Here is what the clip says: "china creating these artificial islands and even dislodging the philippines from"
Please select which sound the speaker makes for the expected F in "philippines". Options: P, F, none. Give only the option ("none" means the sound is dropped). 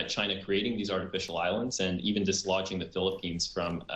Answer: F